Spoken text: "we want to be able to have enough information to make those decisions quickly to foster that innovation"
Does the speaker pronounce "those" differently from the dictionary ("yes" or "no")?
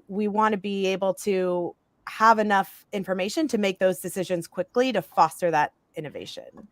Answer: no